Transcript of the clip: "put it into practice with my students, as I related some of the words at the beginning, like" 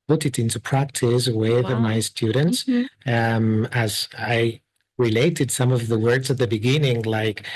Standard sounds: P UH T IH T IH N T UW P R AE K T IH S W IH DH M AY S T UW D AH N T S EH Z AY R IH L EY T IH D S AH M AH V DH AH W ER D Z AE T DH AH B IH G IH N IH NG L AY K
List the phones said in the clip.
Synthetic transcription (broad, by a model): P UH T IH T IH N T UW P R AE K T IH S W IH DH M AY S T UW D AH N T S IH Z AY R IH L EY T IH D S AH M AH V DH AH W ER D Z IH T DH AH B IH G IH N IH NG L AY K